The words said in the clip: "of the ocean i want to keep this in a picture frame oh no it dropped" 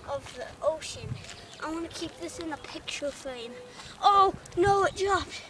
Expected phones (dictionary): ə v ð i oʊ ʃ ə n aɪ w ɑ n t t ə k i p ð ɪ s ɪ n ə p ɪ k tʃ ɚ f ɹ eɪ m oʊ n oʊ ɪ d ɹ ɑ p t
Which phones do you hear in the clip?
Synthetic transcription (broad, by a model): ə v ð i oʊ ʃ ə n aɪ w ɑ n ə k i p ð ɪ s ɪ n ə p ɪ k tʃ ɚ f eɪ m oʊ n oʊ ɪ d ɹ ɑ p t